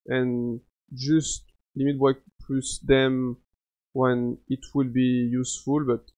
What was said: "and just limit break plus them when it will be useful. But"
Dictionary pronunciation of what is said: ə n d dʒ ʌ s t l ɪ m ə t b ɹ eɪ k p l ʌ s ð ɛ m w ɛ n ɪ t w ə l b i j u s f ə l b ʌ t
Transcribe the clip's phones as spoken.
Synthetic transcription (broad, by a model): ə n dʒ ʌ s t l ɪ m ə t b eɪ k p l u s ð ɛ m w ɛ n ɪ t w ə l b i j u s f ə l b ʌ t